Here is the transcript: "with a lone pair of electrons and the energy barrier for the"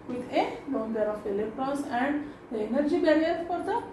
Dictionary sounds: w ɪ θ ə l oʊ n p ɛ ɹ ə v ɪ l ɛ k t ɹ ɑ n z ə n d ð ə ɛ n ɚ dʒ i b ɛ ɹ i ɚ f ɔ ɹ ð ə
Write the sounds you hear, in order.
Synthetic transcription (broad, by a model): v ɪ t ə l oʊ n b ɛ ɹ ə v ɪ l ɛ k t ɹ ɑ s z ə n d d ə ɛ n ɚ dʒ i b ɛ ɹ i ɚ f ɔ ɹ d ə